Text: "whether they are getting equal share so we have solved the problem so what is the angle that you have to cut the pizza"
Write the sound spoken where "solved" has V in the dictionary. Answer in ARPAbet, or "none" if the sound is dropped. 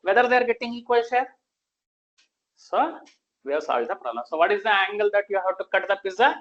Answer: none